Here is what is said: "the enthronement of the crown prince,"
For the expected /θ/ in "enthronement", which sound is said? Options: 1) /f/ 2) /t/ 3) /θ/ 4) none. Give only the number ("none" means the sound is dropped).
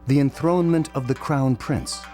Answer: 3